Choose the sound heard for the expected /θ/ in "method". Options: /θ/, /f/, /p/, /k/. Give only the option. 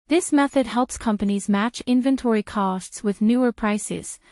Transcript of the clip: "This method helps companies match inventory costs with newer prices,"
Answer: /θ/